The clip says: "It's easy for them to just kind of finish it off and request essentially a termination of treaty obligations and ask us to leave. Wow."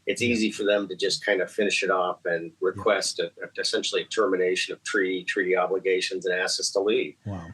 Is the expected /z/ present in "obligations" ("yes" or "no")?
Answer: yes